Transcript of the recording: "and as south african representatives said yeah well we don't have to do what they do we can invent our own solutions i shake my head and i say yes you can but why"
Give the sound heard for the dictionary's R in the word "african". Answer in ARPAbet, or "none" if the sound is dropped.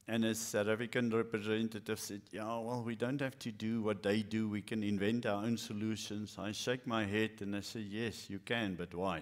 none